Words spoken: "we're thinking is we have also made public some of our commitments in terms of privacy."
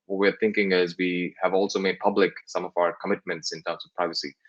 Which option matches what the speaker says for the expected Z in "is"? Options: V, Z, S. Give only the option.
Z